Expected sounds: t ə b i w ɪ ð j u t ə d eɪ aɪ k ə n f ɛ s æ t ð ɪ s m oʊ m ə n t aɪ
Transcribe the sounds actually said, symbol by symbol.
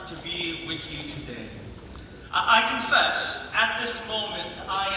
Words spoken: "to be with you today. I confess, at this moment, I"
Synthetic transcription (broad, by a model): t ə b i w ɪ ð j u t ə d eɪ aɪ k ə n f ɛ s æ t ð ɪ s m oʊ m ə n t aɪ